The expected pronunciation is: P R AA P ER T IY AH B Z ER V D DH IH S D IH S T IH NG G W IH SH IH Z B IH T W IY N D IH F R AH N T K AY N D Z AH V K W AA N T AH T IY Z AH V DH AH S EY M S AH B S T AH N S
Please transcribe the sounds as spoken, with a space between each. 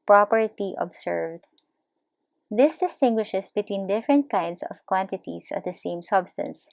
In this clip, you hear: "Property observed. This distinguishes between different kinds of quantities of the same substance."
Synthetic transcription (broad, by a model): P R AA P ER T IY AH B S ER V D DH IH S D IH S T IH NG G W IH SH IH S B IH T W IY N D IH F R AH N T K AY N D S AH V K W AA N T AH T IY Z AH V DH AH S EY M S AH B S T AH N S